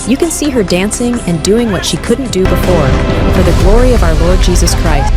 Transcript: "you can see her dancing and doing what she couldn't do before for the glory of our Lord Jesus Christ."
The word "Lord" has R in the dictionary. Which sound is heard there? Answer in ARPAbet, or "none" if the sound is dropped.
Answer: R